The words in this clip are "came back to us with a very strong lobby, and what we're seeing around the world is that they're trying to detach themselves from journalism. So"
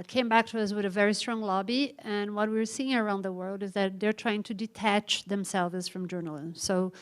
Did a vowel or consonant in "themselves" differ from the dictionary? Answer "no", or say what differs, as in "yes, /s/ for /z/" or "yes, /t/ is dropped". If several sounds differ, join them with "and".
no